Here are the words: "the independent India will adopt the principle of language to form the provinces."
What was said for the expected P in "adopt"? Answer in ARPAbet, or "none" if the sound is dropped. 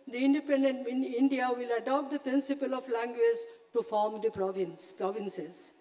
P